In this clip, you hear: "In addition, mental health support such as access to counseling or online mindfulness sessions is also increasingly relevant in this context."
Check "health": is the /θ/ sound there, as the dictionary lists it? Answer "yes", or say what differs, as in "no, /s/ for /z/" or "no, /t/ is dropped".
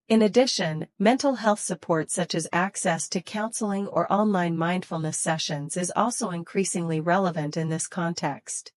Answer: yes